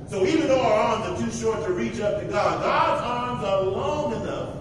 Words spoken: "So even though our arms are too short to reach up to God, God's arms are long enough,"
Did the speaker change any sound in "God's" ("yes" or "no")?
no